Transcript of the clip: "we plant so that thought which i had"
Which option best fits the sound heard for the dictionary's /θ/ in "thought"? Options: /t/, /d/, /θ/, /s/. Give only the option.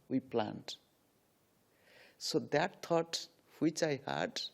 /t/